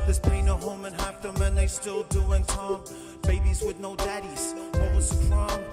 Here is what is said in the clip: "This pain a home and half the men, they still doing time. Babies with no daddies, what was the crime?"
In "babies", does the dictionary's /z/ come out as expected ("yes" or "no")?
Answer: yes